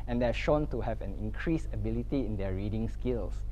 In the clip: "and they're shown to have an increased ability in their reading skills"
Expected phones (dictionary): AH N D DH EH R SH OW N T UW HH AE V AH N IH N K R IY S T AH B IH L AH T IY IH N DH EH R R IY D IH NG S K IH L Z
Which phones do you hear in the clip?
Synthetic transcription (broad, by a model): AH N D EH SH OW N T UW HH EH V AH N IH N K R IY S AH B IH L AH T IY IH N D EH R R IY D IH NG S K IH L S